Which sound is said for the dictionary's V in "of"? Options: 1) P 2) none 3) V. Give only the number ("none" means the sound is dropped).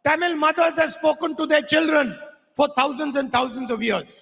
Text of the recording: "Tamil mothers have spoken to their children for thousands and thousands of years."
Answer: 3